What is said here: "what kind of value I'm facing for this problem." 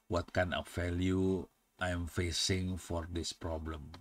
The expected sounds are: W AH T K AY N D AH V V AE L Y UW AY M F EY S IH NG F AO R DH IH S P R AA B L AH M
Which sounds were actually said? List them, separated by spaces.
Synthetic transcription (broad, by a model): W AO T K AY N AH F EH L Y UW AY M F EY S IH NG F AO R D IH S P R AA B L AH M